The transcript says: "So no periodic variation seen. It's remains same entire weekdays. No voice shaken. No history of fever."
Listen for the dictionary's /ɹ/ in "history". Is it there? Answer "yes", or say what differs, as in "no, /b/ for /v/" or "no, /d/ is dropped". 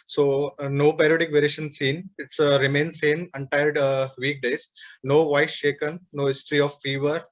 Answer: yes